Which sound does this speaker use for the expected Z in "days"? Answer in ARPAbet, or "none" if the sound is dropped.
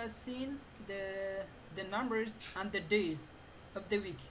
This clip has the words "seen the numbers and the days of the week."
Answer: Z